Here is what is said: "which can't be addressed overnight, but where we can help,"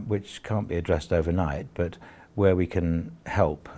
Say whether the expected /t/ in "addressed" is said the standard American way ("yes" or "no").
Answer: yes